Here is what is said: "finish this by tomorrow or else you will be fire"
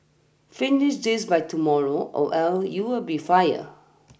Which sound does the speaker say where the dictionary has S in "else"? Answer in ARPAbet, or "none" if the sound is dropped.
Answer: none